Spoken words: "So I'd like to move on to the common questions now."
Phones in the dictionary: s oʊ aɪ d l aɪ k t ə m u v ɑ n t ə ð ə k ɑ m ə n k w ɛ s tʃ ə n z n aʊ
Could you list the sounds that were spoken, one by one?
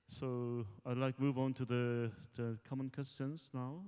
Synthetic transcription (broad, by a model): s oʊ aɪ d l aɪ k m u v ɑ n t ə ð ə k ɑ m ə n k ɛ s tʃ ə n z n aʊ